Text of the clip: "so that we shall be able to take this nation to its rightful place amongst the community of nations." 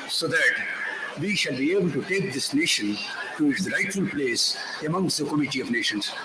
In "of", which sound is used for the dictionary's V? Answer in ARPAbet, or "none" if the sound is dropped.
V